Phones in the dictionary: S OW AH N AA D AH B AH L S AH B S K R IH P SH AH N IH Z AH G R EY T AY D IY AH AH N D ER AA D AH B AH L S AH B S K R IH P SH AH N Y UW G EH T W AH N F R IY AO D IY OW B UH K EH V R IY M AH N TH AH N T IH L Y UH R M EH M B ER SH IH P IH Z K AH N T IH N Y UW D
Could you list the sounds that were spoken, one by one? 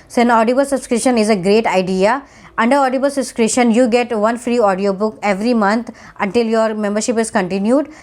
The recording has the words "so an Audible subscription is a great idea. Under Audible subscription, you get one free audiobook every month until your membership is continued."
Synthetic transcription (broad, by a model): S AH N AA D AH B AH L S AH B S K R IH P SH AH N IH Z AH G R EY T AY D IY AH AH N D ER AA D AH B AH L S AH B S K R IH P SH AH N Y UW G EH T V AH N F R IY AO D IY OW B UH K EH V R IY M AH N T AH N T IH L Y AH R M EH M B ER SH IH P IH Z K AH N T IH N Y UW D